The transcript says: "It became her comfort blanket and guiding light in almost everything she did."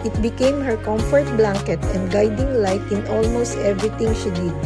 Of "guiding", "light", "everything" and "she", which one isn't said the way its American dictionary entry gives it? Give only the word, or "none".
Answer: everything